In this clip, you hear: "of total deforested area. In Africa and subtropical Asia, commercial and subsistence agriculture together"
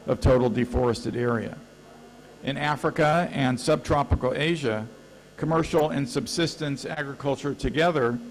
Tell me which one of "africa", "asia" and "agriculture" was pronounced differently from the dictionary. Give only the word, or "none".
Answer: none